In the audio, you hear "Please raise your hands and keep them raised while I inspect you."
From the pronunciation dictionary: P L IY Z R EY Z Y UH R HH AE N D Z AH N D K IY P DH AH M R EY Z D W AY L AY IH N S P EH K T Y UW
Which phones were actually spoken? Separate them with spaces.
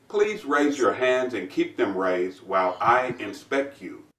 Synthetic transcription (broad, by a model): P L IY Z R EY Z Y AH R HH AE N D Z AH N K IY P DH AH M R EY Z D W AY L AY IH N S P EH K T Y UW